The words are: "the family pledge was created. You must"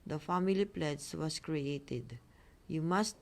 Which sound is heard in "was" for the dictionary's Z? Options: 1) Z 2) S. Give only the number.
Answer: 2